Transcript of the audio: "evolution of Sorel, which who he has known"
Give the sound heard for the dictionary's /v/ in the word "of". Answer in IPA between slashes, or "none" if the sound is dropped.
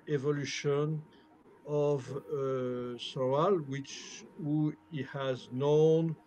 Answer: /v/